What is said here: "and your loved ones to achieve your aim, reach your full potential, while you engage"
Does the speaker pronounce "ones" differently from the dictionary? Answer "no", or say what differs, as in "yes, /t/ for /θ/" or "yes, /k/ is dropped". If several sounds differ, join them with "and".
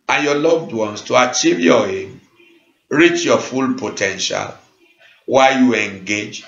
yes, /s/ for /z/